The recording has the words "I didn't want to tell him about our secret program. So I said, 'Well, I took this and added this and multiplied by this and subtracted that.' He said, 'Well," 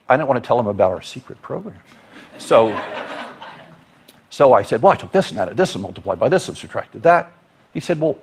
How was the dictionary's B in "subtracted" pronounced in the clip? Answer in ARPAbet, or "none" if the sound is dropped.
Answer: none